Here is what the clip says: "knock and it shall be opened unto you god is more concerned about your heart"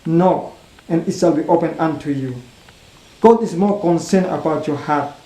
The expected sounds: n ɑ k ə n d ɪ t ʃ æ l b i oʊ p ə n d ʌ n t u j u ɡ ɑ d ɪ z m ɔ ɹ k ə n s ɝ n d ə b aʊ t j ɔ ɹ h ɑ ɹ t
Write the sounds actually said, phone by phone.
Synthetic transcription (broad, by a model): n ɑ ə n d ɪ t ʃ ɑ l b i oʊ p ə n ʌ n t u j u ɡ ɑ d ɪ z m ɔ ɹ k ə n s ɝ n ə b aʊ t j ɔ h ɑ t